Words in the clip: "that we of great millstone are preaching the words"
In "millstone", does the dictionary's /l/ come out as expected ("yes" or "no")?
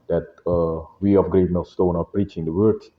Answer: no